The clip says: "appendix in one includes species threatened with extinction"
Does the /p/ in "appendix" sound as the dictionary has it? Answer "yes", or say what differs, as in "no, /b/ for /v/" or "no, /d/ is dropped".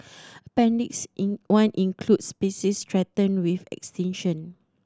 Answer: yes